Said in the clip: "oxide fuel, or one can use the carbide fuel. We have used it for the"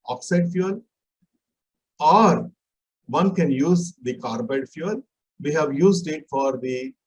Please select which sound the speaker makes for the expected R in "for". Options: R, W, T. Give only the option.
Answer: R